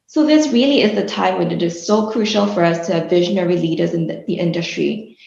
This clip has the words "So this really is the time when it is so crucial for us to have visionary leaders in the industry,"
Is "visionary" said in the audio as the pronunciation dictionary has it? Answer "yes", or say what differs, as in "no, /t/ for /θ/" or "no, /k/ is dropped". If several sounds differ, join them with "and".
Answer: yes